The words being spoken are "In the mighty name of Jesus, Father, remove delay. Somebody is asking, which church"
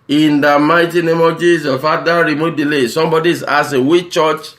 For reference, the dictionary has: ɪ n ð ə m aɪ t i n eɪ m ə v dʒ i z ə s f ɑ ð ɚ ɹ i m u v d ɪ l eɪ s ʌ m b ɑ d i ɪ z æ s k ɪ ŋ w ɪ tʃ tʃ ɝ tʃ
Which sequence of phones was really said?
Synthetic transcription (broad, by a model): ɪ n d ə m aɪ t i n eɪ m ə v dʒ i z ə f ɑ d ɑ ɹ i m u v d ɪ l eɪ s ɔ m b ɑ d i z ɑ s ɪ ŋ w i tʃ tʃ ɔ tʃ